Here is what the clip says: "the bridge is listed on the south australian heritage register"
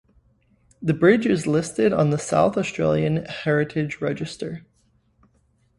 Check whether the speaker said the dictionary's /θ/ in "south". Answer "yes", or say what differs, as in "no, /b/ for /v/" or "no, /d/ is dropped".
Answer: yes